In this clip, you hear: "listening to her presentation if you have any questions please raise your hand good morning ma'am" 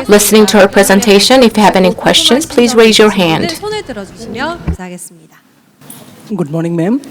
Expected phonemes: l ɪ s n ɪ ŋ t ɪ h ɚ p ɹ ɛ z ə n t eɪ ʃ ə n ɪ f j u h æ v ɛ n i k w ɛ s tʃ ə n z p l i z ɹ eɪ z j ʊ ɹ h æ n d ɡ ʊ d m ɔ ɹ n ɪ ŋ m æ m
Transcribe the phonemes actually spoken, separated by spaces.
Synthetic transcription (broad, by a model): l ɪ s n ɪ ŋ t ɪ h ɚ p ɹ ɛ z ə n t eɪ ʃ ə n ɪ f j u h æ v ɛ n i k w ɛ s tʃ ə n z p l i z ɹ eɪ z j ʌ ɹ h æ n d ɡ ʊ d m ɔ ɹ n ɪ ŋ m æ m